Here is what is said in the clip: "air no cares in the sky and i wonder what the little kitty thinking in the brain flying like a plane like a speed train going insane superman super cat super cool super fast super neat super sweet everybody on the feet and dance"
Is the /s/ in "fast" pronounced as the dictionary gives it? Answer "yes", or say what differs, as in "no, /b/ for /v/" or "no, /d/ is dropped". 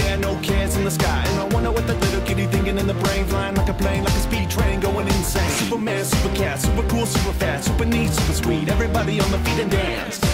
no, /s/ is dropped